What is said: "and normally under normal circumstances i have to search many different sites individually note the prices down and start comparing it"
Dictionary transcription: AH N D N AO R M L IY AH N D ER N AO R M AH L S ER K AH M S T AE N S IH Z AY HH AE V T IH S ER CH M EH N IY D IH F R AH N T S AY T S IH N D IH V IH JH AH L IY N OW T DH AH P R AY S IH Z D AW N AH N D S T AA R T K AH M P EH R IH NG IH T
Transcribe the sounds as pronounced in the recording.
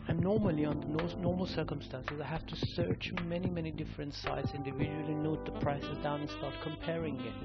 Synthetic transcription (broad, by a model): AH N N AO R M L IY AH N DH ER N AO R M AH L S ER K AH M S T AE N S IH Z AY HH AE F T IH S ER CH M EH N IY D IH F R AH N T S AY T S IH N D IH V IH JH AH L IY N OW T DH AH P R AY S IH Z D AW N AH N S T AA R T K AH M P EH R IH NG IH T